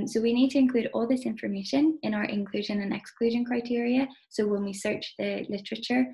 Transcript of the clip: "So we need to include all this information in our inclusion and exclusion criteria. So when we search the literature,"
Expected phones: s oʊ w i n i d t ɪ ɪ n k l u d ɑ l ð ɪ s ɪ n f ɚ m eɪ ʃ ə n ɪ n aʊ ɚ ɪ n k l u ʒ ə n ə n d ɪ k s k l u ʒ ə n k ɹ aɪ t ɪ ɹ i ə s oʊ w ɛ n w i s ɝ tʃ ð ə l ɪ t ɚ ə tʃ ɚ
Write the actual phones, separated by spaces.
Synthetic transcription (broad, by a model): s oʊ w i n i d t ɪ ɪ n k l u d ɑ l ð ɪ s ɪ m f ɚ m eɪ ʃ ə n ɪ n aʊ ɚ ɪ n k l u ʒ ə n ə n ɪ k s k l u ʒ ə n k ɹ aɪ t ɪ ɹ i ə s oʊ w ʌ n w i s ɝ tʃ ð ə l ɪ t ɚ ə tʃ ɚ